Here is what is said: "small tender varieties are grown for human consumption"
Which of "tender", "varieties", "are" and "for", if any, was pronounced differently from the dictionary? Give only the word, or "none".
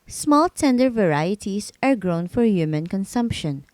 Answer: varieties